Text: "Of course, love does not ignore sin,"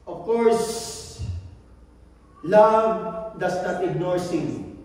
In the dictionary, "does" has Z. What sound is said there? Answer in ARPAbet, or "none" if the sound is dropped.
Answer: S